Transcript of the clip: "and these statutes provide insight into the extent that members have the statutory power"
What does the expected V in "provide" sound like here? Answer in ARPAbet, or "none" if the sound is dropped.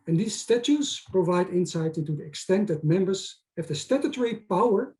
V